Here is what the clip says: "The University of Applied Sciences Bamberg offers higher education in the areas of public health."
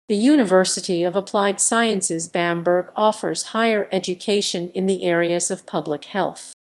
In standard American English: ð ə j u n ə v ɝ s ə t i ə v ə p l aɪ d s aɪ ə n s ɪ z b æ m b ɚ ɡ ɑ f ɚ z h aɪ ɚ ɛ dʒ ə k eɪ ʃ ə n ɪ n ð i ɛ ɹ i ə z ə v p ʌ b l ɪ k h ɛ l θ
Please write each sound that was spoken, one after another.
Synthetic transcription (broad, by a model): ð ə j u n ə v ɝ s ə t i ə v ə p l aɪ d s aɪ ə n s ɪ z b æ m b ɚ ɡ ɑ f ɚ z h aɪ ɚ ɛ dʒ ə k eɪ ʃ ə n ɪ n ð i ɛ ɹ i ə z ə v p ʌ b l ɪ k h ɛ l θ